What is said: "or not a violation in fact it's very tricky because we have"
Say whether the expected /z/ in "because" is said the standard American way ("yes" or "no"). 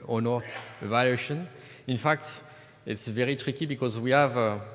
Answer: yes